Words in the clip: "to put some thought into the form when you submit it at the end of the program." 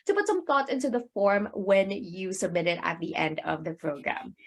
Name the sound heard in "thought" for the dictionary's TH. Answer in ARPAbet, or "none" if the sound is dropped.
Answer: TH